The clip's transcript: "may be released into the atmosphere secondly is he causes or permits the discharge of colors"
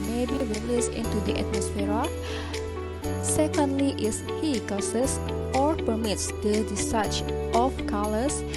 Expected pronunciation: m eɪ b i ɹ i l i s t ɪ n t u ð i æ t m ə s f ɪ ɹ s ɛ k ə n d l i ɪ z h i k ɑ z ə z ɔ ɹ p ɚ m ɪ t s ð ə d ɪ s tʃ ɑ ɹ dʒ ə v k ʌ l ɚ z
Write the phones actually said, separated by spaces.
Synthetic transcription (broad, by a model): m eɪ b i ɹ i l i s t ɪ n t u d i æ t m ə s f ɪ ɹ s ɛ k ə n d l i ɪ s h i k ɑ s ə s ɔ ɹ p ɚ m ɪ t s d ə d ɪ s ɑ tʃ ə f k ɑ l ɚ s